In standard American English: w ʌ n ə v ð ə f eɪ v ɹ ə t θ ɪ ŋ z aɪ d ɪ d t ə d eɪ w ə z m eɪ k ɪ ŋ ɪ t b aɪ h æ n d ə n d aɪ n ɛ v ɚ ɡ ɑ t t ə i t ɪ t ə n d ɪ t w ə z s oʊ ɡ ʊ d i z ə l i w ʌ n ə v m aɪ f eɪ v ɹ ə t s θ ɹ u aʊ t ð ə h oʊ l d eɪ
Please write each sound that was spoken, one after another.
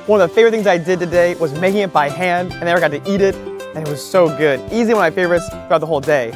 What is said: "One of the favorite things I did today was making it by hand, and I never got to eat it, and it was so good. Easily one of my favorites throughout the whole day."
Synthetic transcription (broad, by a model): w ʌ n ə v ð ə f eɪ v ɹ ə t θ ɪ ŋ z aɪ d ɪ d t ə d eɪ w ə z m eɪ k ɪ ŋ ɪ t b aɪ h æ n d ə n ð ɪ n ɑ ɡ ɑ t t i t ɪ t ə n ɪ t w ə z s oʊ ɡ ʊ d i z i w ʌ n m aɪ f eɪ v ɹ ə t s θ ɹ u aʊ t ð ə h oʊ l d eɪ